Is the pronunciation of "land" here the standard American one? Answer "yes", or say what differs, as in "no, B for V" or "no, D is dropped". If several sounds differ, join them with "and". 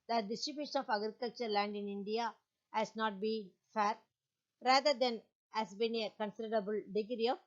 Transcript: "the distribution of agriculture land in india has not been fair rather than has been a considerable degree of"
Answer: yes